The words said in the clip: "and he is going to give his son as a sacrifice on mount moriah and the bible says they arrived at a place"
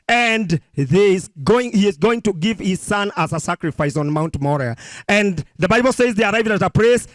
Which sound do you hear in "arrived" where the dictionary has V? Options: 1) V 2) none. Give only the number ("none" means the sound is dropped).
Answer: 1